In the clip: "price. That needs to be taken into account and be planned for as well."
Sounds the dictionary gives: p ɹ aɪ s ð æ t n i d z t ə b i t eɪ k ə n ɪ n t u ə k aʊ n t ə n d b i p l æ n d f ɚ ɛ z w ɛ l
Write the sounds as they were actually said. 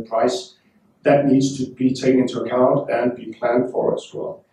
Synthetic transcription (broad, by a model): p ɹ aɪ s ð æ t n i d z t ə b i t eɪ ə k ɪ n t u ə k aʊ n t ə n b i p l æ n d f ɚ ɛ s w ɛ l